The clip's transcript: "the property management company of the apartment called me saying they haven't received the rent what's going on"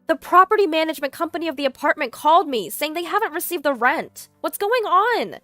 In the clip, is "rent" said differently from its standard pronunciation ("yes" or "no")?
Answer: no